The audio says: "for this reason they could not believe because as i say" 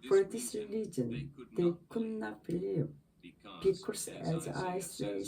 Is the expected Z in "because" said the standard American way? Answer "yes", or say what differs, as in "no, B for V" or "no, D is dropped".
no, S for Z